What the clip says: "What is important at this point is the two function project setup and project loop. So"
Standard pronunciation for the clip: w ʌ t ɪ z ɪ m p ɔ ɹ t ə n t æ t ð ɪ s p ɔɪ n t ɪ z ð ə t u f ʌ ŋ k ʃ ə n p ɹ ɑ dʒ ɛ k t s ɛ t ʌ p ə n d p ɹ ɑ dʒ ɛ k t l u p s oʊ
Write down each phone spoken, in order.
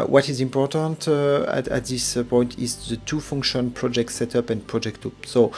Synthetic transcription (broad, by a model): w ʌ t ɪ z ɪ m p ɔ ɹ t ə n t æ t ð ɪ s p ɔɪ n t ɪ z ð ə t u f ʌ ŋ k ʃ ə n p ɹ ɑ dʒ ɛ k t s ɛ t ʌ p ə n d p ɹ ɑ dʒ ɛ k t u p s oʊ